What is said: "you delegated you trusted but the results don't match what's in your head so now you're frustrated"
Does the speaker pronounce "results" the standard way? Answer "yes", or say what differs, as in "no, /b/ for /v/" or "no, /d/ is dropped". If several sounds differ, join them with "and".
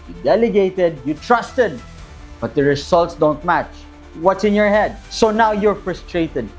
no, /s/ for /z/